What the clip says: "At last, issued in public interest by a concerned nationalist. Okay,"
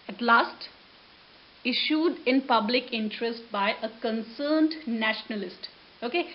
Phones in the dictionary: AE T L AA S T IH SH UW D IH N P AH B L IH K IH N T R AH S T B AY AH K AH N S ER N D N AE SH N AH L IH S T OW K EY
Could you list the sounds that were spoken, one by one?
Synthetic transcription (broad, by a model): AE T L AA S T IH SH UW D IH N P AH B L IH K IH N T R AH S T B AY AH K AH N S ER N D N AE SH N AH L IH S T OW K EY